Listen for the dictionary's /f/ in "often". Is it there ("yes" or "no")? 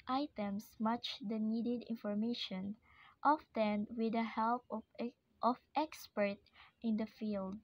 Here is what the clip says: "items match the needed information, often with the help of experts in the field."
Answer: yes